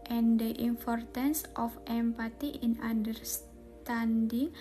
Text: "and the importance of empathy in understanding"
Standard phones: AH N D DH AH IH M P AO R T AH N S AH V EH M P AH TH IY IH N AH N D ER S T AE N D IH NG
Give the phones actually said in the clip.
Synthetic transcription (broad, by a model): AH N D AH IH M P AO R T AH N S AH F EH M P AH T IY IH N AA N D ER S T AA N D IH NG